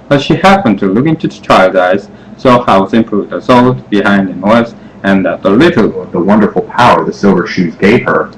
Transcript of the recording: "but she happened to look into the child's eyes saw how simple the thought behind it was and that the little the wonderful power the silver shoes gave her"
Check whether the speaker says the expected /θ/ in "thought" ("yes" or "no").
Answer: no